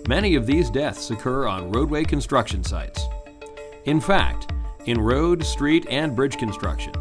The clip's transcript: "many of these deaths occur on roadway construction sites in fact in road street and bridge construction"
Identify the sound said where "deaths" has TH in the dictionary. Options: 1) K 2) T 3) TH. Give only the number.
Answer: 3